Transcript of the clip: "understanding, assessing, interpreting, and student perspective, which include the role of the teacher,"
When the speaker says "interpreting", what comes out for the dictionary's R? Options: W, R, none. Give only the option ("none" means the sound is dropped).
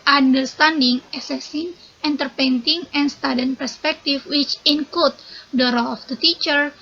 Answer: none